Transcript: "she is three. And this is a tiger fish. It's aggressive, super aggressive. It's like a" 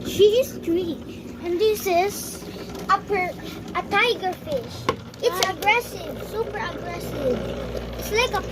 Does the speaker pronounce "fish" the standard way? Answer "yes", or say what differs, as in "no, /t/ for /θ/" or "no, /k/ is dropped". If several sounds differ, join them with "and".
yes